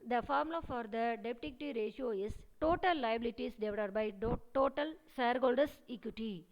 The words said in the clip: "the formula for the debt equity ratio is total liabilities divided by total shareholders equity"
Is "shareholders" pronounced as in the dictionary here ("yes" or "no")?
no